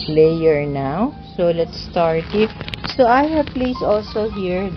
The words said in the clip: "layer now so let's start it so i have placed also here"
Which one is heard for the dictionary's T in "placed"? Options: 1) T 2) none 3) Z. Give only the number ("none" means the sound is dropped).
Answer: 2